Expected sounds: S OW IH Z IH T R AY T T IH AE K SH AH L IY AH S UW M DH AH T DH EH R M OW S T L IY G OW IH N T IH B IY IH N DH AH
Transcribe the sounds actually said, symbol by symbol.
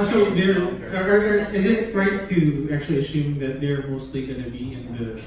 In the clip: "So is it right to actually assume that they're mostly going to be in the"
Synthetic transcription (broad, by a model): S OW IH Z IH T R AY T T IH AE K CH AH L IY AH S UW M DH AH T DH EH R M OW S T L IY G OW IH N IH B IY IH N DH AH